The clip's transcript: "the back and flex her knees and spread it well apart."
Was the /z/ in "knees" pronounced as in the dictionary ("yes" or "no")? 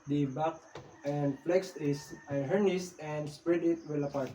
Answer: no